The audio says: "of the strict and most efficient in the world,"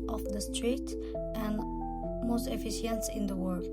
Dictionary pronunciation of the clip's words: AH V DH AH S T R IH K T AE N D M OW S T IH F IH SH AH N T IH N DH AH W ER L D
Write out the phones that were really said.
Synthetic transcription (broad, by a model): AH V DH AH S T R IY T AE N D M OW S T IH F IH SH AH N T IH N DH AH W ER L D